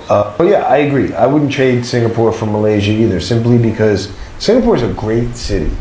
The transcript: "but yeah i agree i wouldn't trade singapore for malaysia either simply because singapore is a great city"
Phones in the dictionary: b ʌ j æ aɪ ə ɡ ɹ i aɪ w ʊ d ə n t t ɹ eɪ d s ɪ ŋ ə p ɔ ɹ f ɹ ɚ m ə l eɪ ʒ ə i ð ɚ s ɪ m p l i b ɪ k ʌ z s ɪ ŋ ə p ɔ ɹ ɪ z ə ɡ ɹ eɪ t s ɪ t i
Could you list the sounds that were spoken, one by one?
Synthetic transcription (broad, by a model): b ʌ j æ aɪ ə ɡ ɹ i aɪ w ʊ d n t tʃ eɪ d s ɪ ŋ ə p ɔ ɹ f ɹ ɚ m ə l eɪ ʒ ə i ð ɚ s ɪ m p l i b ɪ k ʌ z s ɪ ŋ ə p ɔ ɹ ɪ z ə ɡ ɹ eɪ t s ɪ t i